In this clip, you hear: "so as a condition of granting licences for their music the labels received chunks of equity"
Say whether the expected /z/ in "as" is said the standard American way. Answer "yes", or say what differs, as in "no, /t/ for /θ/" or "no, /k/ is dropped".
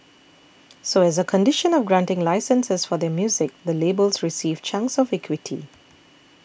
yes